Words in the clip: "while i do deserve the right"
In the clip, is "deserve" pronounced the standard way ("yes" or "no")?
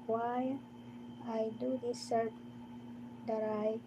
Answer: no